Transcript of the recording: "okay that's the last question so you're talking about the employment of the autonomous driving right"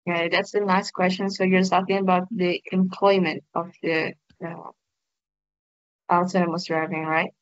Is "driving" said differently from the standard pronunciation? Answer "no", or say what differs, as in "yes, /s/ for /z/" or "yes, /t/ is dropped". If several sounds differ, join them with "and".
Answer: no